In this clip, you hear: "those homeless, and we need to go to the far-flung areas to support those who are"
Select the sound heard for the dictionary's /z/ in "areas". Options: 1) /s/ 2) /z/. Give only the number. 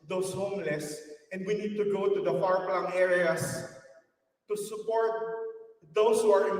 1